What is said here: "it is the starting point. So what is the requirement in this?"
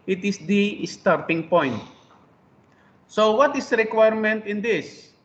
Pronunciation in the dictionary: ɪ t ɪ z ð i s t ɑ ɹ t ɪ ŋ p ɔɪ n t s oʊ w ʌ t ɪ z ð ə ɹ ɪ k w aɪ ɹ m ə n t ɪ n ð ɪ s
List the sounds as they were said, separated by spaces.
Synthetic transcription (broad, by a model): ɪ t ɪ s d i s t ɑ ɹ t ɪ ŋ p ɔɪ n t s oʊ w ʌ t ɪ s ɹ ɪ k w aɪ ɹ m ə n t ɪ n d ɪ s